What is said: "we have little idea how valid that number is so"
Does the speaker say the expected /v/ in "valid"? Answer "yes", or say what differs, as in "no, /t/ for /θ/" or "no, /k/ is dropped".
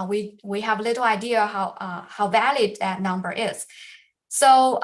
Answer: yes